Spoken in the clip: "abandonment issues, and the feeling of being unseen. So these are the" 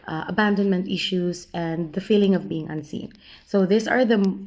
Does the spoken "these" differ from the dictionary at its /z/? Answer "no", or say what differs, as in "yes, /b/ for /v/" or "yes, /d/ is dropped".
yes, /s/ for /z/